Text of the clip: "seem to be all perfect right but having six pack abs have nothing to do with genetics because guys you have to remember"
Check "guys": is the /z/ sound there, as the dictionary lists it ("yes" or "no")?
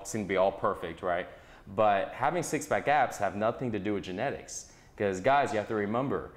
yes